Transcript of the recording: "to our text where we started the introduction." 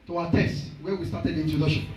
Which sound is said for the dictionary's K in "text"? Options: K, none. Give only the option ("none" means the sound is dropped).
none